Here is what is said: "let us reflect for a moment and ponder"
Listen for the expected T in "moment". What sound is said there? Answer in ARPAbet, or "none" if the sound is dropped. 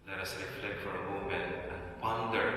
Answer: none